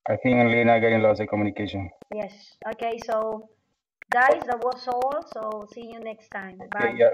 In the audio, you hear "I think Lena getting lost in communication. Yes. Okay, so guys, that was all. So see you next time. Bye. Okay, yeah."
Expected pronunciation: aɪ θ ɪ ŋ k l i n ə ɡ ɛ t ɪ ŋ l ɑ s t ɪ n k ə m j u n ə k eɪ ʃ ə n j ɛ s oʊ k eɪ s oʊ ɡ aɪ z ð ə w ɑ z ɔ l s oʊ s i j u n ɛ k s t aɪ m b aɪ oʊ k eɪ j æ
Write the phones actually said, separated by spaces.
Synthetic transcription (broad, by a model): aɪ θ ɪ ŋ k l i n ə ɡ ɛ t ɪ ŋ l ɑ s ɪ k ə m j u n ə k eɪ ʃ ə n j ɛ s oʊ k eɪ s oʊ ɡ aɪ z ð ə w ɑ s ɔ l s oʊ s i j u n ɛ k s t aɪ m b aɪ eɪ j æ